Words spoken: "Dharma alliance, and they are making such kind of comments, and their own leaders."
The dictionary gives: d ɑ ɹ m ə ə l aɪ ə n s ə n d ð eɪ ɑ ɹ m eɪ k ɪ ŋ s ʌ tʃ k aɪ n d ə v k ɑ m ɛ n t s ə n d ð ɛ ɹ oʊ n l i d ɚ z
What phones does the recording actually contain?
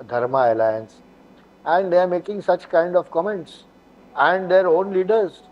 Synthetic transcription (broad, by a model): d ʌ ɹ m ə ə l aɪ ə n s ə n d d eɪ ɑ ɹ m eɪ k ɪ ŋ s ʌ tʃ k aɪ n d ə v k ɑ m ɛ n t s ə n d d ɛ ɹ oʊ n l i d ɚ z